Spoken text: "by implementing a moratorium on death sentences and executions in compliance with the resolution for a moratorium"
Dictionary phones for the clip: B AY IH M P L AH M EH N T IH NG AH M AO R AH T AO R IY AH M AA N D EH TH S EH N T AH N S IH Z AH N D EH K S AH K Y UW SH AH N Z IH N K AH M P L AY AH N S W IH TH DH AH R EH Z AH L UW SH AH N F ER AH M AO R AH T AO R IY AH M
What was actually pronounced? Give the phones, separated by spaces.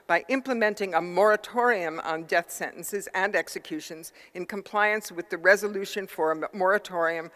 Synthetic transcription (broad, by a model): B AY IH M P L AH M EH N T IH NG AH M AO R AH T AO R IY AH M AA N D EH TH S EH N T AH N S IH Z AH N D EH K S AH K Y UW SH AH N Z IH N K AH M P L AY AH N S W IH DH AH R EH Z AH L UW SH AH N F ER AH M AO R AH T AO R IY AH M